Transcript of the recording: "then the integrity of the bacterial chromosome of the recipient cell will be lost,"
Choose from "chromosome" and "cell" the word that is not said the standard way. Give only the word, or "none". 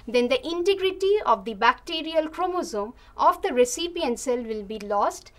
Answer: none